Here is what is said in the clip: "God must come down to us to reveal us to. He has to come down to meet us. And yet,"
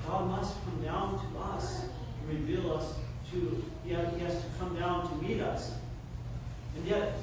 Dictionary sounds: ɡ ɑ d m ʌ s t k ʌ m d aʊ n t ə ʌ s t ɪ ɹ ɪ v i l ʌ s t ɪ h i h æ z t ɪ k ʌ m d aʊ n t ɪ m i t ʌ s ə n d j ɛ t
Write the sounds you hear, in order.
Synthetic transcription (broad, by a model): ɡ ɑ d m ʌ s t k ʌ m d aʊ n t ə ʌ s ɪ ɹ ɪ v i l ʌ s t ɪ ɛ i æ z t ɪ k ʌ m d aʊ n t ɪ m i t ʌ s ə n j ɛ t